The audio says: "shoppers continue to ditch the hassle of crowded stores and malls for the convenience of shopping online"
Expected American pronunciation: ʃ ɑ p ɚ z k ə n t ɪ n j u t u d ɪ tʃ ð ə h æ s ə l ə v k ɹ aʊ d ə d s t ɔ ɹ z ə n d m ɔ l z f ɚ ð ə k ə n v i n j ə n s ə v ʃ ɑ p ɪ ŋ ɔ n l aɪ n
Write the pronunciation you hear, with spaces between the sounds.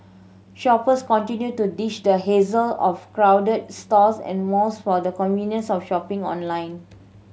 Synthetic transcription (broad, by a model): ʃ ɑ p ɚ s k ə n t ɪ n j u t u d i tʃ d ə h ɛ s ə l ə f k ɹ aʊ d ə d s t ɔ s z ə n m ɔ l s f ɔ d ə k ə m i n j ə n s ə f ʃ ɑ p ɪ ŋ ɔ n l aɪ n